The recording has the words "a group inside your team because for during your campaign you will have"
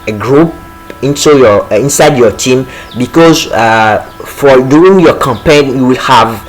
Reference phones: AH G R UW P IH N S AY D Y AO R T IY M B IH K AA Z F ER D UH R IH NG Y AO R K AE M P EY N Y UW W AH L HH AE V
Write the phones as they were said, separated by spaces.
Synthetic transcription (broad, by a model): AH G R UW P IH N S AY D Y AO T IY M B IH K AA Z F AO D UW IH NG Y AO K AE M P EY N Y UW W AH L HH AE V